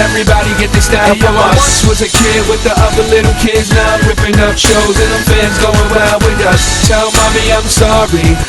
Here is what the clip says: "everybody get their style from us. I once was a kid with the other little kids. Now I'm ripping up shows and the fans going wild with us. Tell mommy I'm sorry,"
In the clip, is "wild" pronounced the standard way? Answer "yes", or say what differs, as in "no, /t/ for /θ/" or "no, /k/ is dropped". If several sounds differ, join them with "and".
no, /l/ is dropped